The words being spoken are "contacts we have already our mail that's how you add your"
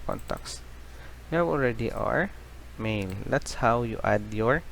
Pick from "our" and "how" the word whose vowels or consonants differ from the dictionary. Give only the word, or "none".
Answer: none